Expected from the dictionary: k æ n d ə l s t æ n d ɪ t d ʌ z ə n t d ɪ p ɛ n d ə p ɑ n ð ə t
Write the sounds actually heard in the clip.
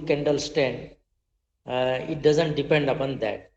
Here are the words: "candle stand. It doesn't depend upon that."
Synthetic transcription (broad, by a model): k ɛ n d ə l s t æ n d ɪ t d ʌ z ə n t d ɪ p ɛ n d ə p ɑ n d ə t